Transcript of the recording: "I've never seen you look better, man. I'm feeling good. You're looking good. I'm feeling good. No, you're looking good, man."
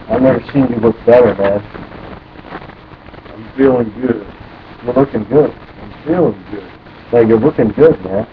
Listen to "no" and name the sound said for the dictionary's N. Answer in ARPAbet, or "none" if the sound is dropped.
L